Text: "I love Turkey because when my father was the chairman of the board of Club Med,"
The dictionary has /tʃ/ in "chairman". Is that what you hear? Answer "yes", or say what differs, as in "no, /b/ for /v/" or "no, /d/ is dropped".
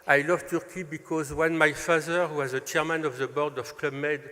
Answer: yes